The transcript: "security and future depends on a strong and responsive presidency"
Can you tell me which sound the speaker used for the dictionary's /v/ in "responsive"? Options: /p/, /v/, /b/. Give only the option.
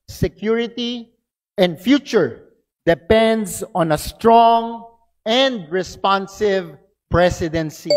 /v/